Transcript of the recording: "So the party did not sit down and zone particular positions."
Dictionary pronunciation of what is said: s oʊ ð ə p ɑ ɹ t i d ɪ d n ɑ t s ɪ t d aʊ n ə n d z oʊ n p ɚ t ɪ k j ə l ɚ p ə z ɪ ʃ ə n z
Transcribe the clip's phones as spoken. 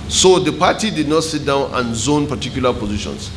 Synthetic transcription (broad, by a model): s oʊ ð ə p ɑ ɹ t i d ɪ d n ɑ t s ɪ t d aʊ n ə n z oʊ n p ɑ t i k j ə l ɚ p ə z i ʃ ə n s